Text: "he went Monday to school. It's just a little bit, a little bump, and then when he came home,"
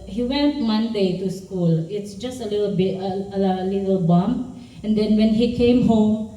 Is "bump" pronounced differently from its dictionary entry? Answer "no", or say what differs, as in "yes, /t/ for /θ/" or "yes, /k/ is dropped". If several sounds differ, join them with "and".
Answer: yes, /p/ is dropped